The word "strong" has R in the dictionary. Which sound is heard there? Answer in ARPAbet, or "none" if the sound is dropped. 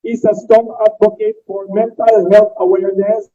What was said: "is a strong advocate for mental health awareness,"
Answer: none